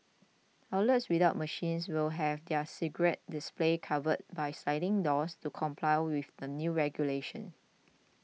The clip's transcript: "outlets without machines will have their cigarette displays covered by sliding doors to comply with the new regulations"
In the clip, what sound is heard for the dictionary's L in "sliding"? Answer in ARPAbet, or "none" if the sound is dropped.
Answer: none